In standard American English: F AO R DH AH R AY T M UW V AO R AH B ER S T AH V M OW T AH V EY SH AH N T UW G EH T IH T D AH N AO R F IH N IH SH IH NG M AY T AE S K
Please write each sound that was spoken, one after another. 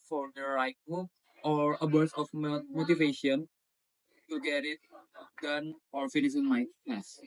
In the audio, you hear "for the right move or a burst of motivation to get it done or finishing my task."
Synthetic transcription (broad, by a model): F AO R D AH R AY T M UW AO R AH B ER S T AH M M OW T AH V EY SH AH N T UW G EH T IH T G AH N AO R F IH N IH S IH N M AY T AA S